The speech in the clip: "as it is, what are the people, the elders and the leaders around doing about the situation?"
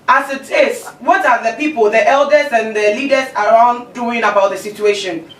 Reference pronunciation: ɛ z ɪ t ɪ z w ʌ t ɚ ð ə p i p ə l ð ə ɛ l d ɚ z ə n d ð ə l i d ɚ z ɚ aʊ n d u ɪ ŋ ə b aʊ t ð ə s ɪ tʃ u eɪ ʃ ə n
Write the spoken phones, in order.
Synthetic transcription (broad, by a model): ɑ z ɪ t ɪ s w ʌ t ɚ ð ə p i p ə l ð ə ɛ l d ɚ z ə n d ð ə l i d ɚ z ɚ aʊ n d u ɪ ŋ ə b aʊ t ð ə s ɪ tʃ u eɪ ʃ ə n